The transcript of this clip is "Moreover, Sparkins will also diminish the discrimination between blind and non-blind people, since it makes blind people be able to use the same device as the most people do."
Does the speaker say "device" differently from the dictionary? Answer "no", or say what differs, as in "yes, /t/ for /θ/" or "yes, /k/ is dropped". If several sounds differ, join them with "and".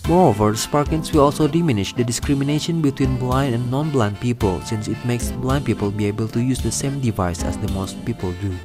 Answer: no